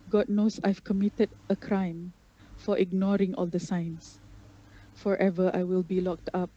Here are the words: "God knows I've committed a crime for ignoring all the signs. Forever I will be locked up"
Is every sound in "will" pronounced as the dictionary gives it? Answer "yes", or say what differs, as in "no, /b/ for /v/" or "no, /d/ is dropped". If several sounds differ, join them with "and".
yes